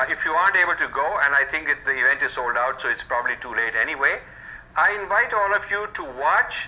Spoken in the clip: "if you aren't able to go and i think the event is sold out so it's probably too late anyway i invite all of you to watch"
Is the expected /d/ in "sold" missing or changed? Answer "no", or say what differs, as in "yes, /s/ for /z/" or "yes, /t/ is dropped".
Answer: no